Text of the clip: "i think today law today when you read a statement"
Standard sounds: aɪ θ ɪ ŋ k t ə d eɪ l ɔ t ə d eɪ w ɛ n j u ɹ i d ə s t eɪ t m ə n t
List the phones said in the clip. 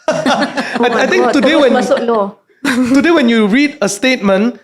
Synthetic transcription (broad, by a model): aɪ t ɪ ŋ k t ə d eɪ w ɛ s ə d eɪ w ɛ n j u ɹ i d ə s t eɪ t m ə n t